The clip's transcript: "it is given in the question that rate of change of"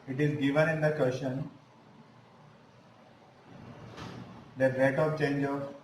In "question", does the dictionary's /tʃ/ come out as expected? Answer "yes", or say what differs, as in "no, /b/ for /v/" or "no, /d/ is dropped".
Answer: no, /ʃ/ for /tʃ/